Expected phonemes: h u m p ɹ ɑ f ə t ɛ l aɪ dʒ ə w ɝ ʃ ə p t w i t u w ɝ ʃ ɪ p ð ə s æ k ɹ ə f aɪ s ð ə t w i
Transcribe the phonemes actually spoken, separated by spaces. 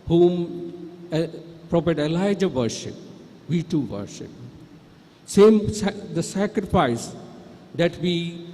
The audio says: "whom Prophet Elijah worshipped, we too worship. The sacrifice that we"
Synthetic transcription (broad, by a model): h u m p ɹ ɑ p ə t ɛ l aɪ dʒ ə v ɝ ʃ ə p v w i t u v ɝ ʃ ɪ p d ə s æ k ɹ ə f aɪ s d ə t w i